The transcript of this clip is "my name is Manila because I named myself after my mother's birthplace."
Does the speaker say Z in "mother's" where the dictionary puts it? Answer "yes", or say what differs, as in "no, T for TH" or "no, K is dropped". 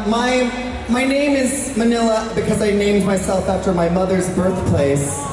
yes